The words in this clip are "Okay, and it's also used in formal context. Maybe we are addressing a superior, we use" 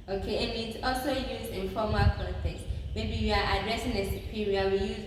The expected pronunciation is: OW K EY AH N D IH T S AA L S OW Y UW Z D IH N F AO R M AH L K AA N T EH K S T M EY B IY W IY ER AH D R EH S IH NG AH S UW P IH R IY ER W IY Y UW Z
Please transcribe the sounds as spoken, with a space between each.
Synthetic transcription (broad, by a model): OW K EY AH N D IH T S AA L S OW Y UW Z IH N F AO M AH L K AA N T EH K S M EY B IY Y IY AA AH D R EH S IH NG AH S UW P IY R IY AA W IY Y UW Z